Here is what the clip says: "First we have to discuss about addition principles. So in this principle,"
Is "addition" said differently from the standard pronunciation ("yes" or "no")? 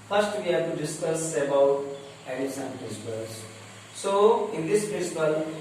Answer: yes